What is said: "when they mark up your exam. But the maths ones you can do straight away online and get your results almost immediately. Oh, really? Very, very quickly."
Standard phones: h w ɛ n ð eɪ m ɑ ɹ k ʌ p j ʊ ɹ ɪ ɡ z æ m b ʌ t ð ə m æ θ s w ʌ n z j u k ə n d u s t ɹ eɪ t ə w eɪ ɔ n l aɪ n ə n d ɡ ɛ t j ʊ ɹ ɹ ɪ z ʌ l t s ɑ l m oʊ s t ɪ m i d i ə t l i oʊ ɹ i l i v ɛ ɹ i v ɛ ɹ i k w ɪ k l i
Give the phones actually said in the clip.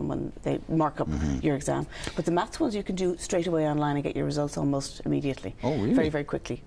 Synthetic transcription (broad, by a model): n w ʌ n ð eɪ m ɑ ɹ k ʌ p j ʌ ɹ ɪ ɡ z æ m b ʌ t ð ə m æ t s w ʌ n z j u k ə n d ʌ s t ɹ eɪ t ə w eɪ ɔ n l aɪ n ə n ɡ ɛ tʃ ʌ ɹ ɹ ɪ z ʌ l t s ɑ l m oʊ s t ɪ m i d i ə t l i oʊ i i v ɛ ɹ i v ɛ ɹ i k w ɪ k l i